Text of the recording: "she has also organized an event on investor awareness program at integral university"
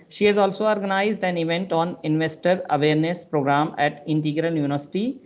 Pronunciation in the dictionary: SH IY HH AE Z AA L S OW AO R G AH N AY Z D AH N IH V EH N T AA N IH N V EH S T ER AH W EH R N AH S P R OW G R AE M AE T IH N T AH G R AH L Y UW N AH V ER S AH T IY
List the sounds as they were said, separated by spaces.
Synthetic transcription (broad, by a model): SH IY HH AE Z AA L S OW AO R G AH N AY Z D AH N IH V EH N T AA N IH N V EH S T ER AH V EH R N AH S P R OW G R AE M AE T IH N T AH G R AH L Y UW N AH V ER S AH T IY